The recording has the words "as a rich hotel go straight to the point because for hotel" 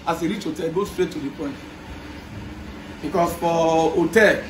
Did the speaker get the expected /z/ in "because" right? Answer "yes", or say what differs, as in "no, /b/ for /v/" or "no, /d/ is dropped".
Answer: no, /s/ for /z/